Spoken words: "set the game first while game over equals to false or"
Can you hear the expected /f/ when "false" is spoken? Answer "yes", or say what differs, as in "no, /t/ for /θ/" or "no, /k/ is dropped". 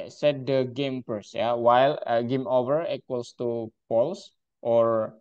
no, /p/ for /f/